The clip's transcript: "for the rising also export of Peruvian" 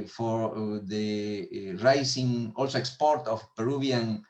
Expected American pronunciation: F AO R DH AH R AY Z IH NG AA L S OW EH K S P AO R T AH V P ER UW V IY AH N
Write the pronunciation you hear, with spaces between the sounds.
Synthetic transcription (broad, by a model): F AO R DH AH R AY S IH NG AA L S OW EH K S P AO R T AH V P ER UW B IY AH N